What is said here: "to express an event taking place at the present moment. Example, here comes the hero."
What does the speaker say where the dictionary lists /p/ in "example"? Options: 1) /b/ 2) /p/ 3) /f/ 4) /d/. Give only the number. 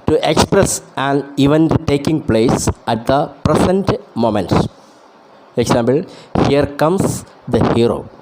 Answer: 1